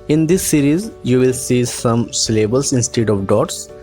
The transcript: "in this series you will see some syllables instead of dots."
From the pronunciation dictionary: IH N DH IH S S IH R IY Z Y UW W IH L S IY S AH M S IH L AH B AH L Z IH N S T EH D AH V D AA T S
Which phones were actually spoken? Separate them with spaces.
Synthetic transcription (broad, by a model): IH N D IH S S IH R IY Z Y UW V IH L S IY S AH M S L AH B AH L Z IH N S T EH D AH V D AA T S